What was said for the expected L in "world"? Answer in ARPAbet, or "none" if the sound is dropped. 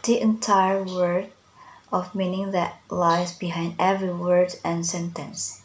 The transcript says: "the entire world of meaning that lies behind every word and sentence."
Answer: none